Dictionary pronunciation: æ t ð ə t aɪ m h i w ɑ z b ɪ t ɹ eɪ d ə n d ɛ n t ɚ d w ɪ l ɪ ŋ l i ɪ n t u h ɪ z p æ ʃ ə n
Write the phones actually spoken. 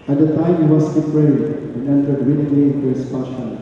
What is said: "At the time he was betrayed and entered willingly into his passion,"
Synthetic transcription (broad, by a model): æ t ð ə t aɪ m h i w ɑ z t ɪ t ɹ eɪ ə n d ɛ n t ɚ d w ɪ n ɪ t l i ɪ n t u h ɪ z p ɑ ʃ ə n